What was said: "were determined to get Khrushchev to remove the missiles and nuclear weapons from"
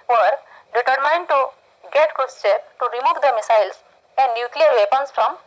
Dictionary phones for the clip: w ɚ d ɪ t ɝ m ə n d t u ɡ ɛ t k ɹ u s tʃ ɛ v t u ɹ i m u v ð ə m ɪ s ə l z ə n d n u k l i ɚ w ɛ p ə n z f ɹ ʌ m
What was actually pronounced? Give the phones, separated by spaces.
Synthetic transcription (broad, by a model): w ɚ d ɪ t ɝ m ə n d t u ɡ ɛ t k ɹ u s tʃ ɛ p t u ɹ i m u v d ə m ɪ s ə l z ə n d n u k l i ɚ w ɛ p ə n s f ɹ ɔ m